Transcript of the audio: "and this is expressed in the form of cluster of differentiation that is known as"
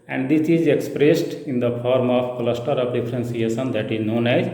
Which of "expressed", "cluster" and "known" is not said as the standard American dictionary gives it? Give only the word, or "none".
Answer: none